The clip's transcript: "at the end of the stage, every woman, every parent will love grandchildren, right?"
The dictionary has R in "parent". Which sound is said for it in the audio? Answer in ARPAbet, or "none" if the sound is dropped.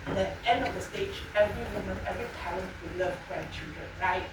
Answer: L